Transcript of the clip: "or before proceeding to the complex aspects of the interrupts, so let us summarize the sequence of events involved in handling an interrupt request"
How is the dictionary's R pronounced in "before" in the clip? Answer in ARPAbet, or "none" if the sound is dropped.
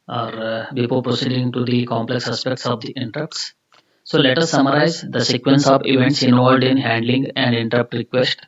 L